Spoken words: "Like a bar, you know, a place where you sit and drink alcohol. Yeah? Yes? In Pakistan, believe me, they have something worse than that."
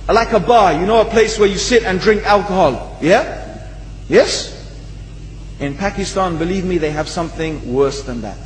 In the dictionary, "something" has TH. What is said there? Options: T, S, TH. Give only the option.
TH